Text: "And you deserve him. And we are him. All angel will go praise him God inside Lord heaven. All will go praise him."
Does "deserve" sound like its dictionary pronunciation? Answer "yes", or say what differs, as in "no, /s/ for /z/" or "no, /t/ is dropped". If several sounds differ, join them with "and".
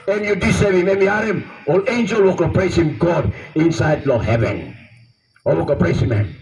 no, /s/ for /z/